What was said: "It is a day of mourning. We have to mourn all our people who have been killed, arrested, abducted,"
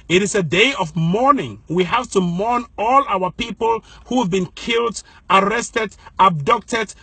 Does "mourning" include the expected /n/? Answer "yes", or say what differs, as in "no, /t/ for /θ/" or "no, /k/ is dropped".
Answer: yes